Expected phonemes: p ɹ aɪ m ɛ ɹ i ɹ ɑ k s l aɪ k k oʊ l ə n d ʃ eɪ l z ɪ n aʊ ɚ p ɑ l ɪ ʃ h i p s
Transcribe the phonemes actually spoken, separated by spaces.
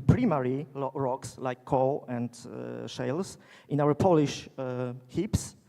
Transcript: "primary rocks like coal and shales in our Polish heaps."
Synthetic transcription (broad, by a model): p ɹ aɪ m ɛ ɹ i ɹ ɑ k s l aɪ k k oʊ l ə n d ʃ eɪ l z ɪ n aʊ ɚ p ɑ l ɪ ʃ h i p s